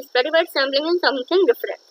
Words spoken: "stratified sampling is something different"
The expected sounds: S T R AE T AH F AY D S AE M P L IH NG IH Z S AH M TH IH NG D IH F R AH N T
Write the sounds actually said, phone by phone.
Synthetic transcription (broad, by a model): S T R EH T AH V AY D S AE M B L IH NG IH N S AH M T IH NG D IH F R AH N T